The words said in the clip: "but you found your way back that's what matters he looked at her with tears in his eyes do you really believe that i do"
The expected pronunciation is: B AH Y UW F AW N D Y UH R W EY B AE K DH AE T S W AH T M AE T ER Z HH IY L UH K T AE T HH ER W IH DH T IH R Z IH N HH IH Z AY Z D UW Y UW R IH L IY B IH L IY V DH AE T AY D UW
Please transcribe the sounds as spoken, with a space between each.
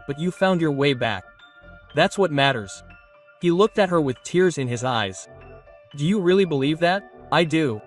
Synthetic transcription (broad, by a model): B AH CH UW F AW N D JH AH R W EY B AE K DH AE T S W AH T M AE T ER Z HH IY L UH K T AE T HH ER W IH DH T IH R Z IH N IH Z AY Z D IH Y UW R IH L IY B IH L IY V DH AE T AY D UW